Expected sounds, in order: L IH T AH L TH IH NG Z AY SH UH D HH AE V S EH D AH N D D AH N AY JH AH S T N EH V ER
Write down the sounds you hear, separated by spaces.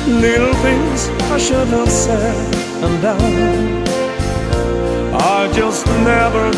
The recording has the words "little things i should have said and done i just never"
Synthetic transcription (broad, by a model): L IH T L TH IH NG Z AY SH UH D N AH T S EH AH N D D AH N AY JH AH S T N EH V ER